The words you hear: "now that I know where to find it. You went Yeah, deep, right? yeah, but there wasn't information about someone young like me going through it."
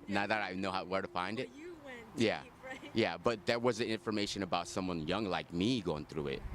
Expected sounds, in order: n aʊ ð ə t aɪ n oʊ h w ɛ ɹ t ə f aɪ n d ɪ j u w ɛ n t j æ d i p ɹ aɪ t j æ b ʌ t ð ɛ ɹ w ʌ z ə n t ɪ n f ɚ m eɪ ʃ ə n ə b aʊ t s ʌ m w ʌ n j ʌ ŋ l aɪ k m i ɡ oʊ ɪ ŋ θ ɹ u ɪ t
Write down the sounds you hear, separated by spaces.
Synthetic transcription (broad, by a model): n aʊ ð ə t aɪ n oʊ h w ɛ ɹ t ə f aɪ n d ɪ t j æ j æ b ʌ t ð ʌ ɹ w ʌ z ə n ɪ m f ɚ m eɪ ʃ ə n ə b aʊ t s ʌ m w ʌ n j ʌ ŋ l aɪ k m i ɡ oʊ ɪ ŋ θ ɹ u ɪ t